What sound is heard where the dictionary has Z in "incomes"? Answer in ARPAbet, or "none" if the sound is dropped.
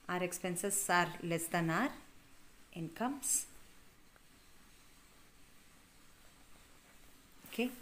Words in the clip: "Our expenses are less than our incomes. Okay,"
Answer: S